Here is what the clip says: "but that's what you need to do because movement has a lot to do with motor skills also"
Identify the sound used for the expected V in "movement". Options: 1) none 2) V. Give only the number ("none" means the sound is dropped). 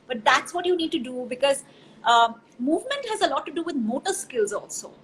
2